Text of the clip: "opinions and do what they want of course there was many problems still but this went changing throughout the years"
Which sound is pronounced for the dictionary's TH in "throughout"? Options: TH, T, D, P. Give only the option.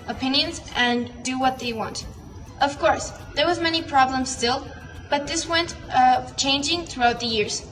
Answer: TH